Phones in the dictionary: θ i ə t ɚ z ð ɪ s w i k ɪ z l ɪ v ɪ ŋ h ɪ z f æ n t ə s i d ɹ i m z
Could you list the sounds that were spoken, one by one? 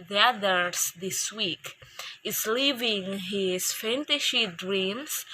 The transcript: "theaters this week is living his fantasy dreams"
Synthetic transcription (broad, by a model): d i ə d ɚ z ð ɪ s w i k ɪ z l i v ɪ ŋ h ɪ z f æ n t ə ʃ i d ɹ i m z